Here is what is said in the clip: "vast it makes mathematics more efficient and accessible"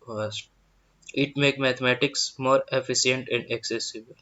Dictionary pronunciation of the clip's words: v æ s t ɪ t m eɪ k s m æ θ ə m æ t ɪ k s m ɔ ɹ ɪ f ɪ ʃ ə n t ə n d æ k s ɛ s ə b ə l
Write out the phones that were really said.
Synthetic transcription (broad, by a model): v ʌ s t ɪ t m eɪ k m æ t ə m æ t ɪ k s m ɔ ɹ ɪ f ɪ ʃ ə n t ə n d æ k s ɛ s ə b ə l